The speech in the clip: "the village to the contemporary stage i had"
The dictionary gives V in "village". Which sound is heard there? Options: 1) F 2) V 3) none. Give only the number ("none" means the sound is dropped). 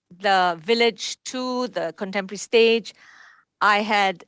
2